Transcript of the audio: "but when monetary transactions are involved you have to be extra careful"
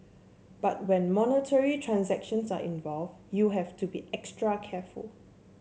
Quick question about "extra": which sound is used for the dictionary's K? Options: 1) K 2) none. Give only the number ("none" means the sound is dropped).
1